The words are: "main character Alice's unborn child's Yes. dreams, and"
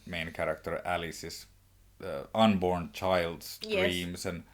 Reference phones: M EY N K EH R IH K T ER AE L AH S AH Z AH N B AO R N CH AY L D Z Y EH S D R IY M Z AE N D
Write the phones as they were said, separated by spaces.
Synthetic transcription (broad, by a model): M EY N K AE R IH K T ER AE L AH S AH S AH N B AO R N CH AY L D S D R IY M S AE N